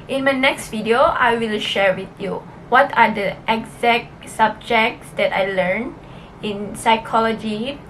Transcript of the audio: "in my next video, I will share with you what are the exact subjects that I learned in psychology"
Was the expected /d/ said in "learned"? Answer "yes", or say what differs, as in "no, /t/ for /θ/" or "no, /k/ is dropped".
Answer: no, /d/ is dropped